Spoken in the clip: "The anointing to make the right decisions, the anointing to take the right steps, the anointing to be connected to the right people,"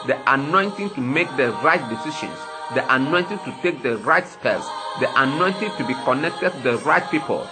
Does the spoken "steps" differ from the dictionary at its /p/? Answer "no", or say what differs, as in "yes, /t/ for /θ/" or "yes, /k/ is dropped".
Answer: yes, /p/ is dropped